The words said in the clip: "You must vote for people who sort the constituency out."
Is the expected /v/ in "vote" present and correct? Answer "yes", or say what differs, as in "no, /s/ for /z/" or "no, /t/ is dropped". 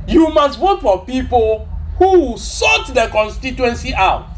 no, /w/ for /v/